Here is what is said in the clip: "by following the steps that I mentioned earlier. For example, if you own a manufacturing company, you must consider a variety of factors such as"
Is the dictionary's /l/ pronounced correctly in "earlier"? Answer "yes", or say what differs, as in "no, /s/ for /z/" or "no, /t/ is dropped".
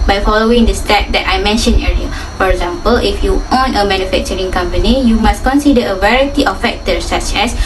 no, /l/ is dropped